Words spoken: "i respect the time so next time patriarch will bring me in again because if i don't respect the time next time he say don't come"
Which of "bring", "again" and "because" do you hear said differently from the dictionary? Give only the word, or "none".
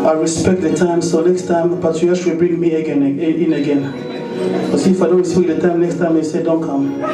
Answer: because